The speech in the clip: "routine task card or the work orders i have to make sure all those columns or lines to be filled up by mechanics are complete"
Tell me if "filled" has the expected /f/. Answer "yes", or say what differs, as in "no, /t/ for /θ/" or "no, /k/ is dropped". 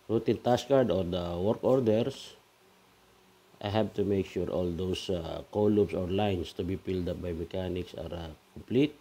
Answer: no, /p/ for /f/